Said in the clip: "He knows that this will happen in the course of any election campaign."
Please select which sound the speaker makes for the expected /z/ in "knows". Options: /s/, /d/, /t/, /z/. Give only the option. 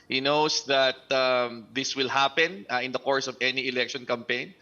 /s/